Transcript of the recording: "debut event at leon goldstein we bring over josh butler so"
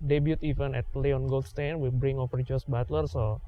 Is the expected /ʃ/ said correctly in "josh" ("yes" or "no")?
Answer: no